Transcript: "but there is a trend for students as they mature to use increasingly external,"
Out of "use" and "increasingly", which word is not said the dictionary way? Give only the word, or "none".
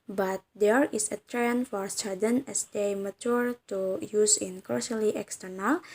increasingly